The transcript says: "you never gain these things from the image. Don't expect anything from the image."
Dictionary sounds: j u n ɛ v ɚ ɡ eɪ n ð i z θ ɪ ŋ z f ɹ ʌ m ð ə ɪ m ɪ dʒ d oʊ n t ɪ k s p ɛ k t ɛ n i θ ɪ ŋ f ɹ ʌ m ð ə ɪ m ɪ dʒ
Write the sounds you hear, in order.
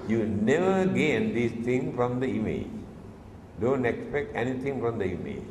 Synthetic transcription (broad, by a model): j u n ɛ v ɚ ɡ eɪ n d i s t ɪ ŋ f ɹ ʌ m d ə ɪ m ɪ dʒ d oʊ n t ɪ k s p ɛ k t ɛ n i t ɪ ŋ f ɹ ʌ m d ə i m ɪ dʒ